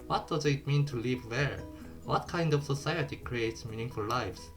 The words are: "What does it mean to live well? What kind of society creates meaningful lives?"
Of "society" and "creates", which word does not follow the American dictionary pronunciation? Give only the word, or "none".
none